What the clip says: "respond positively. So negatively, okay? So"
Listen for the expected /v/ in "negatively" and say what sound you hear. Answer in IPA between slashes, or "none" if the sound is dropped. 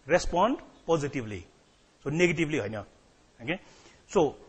/b/